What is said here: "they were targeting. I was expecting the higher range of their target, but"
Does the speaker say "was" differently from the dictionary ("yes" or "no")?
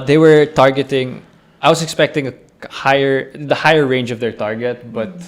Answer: yes